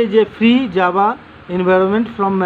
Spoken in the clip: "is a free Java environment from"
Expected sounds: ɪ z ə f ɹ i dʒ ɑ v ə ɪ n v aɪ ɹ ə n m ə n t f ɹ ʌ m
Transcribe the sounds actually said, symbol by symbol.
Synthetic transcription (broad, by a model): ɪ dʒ ə f ɹ i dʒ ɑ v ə ɪ n v aɪ ɹ ə n m ə n t f ɹ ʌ m